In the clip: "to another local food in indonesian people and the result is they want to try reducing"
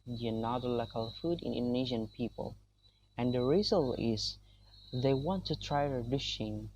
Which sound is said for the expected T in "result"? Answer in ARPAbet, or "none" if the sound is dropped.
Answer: none